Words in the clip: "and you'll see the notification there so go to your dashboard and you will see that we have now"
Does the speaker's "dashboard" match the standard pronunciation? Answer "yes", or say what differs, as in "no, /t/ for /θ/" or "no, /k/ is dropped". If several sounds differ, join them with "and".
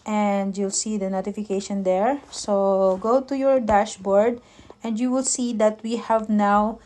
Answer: yes